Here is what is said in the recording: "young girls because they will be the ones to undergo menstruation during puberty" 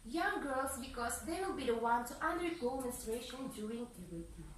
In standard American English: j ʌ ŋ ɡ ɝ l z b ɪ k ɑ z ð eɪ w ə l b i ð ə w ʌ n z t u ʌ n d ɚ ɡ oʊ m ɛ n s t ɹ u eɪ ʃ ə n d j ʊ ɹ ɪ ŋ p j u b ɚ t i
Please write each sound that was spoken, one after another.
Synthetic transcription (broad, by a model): j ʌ ŋ ɡ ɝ l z b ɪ k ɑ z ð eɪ w ə l b i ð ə w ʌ n t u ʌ n d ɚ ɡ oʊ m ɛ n s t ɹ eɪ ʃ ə n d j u ɹ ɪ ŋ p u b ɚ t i